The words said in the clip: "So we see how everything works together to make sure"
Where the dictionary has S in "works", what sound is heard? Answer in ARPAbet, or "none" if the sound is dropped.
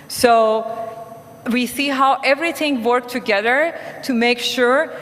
none